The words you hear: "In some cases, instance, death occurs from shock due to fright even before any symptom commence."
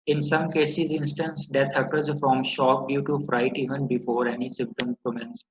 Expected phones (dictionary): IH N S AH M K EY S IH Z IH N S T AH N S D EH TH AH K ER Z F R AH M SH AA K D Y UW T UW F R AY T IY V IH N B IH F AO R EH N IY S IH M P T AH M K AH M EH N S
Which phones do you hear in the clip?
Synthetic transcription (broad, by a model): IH N S AH M K EY S IH Z IH N S T AH N S D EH T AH K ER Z F R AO M SH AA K D Y UW T UW F R AY T IY V IH N B IH F AO R EH N IY S IH M P T AH M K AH M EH N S